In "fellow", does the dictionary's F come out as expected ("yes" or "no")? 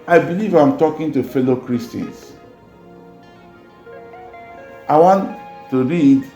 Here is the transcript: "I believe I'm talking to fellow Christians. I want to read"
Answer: yes